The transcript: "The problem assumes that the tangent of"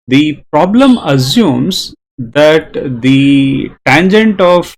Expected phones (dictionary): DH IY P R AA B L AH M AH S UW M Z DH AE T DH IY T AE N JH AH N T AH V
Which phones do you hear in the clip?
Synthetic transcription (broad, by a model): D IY P R AA B L AH M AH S UW M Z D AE T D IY T AE N JH AH N T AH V